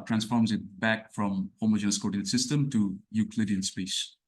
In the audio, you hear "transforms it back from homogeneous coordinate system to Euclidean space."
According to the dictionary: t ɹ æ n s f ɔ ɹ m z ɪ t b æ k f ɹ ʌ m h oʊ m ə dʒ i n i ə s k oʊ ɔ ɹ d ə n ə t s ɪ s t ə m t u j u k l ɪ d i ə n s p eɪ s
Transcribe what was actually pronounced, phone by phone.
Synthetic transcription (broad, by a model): t ɹ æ n s f ɔ ɹ m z ɪ t b æ k f ɹ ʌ m h oʊ m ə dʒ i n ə s k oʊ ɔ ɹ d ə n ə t s ɪ s t ə m t u j u k l ɪ d i ə n s p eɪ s